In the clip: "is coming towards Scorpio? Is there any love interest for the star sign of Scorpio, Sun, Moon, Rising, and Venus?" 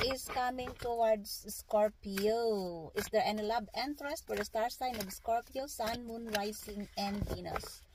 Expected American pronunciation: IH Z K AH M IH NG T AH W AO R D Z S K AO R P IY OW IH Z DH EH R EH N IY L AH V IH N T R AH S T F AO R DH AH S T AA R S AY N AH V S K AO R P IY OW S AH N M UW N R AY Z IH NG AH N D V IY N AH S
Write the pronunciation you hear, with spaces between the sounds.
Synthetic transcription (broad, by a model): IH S K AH M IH NG T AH W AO R D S S K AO R P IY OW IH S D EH R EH N L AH B IH N T R AH S T F AO R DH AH S T AA R S AY N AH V S K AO R P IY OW S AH N M UW N R AY S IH NG AH N D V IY N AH S